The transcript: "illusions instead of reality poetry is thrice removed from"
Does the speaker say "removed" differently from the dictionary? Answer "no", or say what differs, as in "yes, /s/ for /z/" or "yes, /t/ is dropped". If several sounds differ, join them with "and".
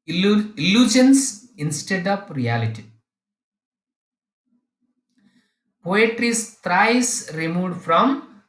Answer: yes, /v/ is dropped